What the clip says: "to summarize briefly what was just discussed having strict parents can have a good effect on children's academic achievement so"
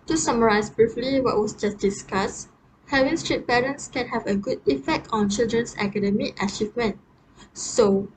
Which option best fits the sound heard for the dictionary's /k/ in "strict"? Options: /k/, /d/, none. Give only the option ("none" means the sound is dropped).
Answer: none